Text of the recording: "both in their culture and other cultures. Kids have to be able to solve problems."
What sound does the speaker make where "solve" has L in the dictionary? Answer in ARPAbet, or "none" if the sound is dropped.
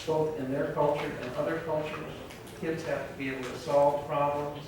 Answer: L